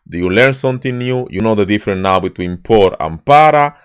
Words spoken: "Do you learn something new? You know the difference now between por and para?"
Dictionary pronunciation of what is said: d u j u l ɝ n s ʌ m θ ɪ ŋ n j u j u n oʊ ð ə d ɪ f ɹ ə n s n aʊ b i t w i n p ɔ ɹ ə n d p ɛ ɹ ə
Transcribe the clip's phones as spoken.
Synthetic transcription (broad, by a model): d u j u l ɝ n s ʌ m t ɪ n j u j u n oʊ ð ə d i f ɹ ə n n aʊ b i t w i n p ɔ ɹ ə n p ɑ ɹ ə